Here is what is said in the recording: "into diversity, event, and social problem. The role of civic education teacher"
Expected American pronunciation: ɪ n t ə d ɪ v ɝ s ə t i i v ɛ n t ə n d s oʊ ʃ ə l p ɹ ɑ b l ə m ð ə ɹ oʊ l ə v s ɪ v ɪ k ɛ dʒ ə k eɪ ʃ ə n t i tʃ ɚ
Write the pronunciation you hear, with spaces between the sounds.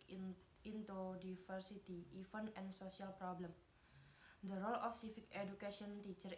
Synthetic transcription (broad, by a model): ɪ n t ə d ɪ f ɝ s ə t i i f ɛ n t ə n s oʊ s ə l p ɹ ɑ b l ə m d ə ɹ oʊ l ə f s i f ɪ k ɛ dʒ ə k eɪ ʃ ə n t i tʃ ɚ